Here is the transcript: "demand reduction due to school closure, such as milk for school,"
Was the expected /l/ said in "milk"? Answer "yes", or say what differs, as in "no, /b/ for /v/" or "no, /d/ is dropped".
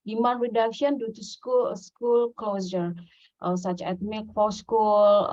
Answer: no, /l/ is dropped